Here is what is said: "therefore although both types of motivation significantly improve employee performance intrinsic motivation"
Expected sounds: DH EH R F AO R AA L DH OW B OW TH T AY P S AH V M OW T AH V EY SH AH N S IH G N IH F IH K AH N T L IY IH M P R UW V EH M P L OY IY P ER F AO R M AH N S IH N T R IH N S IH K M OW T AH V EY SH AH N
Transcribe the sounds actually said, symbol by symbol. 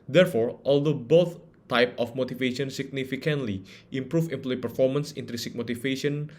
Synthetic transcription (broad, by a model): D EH R F AO R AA L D OW B OW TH T AY P AH F M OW T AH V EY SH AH N S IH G N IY F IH K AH N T L IY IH M P R UW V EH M P L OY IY P ER F AO R M AH N S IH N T R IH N S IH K M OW T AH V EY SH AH N